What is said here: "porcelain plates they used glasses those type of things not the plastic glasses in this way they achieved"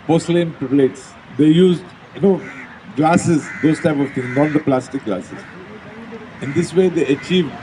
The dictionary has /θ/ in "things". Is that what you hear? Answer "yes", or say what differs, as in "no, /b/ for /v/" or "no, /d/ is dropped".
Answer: no, /t/ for /θ/